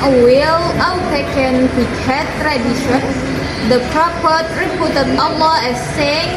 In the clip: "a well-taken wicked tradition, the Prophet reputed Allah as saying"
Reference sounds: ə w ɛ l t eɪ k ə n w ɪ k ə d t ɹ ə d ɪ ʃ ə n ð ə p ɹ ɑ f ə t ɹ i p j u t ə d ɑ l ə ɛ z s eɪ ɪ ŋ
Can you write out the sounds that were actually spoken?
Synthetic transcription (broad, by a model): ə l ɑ n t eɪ k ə n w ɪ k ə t ɹ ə d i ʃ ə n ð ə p ɹ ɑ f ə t ɹ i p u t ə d ɑ l ə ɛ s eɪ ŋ